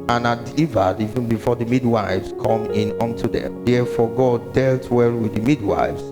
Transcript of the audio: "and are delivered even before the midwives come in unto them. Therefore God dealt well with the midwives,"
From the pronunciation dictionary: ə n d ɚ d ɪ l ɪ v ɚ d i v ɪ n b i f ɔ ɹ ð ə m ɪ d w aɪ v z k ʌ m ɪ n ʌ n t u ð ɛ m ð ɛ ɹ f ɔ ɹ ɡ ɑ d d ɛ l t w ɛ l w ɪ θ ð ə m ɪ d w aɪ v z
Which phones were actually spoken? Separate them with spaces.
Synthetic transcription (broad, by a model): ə n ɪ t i v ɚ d i v ɪ n b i f ɔ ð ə m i d w aɪ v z k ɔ m ɪ n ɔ n t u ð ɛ m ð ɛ f ɔ ɡ ɑ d d ɛ l t w ɛ l w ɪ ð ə m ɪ d w aɪ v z